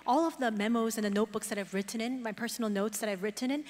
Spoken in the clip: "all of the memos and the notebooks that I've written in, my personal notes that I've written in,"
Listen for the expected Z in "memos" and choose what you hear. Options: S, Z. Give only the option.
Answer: Z